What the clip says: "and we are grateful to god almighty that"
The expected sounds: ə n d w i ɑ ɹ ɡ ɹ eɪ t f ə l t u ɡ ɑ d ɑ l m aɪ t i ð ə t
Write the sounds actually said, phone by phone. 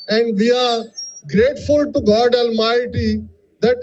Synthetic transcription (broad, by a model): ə n d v i ɑ ɹ ɡ ɹ eɪ t f ə l t u ɡ ɑ d ɑ l m aɪ t i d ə t